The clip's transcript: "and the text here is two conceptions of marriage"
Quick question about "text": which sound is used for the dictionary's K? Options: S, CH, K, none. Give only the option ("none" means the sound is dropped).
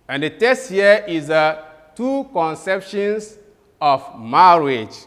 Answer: none